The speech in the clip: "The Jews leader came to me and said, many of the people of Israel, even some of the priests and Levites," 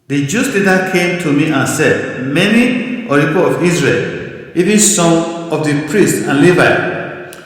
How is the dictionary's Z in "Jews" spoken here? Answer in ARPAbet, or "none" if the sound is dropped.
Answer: S